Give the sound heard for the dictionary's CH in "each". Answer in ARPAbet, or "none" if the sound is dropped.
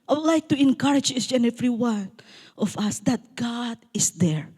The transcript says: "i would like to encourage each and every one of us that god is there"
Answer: S